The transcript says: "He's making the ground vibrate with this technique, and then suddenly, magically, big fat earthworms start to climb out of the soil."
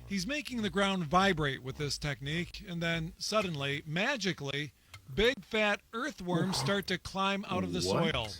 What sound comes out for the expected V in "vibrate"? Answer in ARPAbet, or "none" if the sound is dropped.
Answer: V